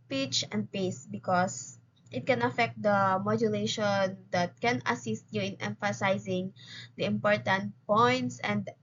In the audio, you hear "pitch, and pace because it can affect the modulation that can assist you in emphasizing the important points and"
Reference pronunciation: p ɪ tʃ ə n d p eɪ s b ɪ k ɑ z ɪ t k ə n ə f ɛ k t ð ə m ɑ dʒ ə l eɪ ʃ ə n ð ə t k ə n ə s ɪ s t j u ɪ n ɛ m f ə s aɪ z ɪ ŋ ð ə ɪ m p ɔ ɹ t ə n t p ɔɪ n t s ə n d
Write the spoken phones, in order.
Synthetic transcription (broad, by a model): p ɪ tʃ ə n d p eɪ s b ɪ k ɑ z ɪ t k ə n ə f ɛ k t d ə m ɑ dʒ ə l eɪ ʃ ə n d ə t k ə n ə s ɪ s t j u ɪ n ɛ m f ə s aɪ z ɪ ŋ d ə ɪ m p ɔ ɹ t ə n t p ɔɪ n t s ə n d